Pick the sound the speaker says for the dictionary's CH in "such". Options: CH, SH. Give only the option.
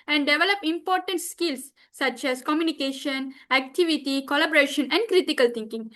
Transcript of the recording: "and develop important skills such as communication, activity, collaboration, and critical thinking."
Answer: CH